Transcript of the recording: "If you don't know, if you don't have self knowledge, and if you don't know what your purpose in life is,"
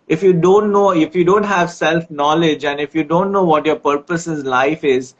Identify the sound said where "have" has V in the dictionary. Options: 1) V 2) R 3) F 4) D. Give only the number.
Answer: 1